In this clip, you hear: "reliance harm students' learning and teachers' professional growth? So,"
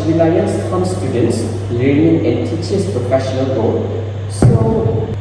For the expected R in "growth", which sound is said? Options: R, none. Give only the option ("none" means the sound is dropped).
none